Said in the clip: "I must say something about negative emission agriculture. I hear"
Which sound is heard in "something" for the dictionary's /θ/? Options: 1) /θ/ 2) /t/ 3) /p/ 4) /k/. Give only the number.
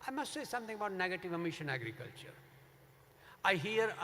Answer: 2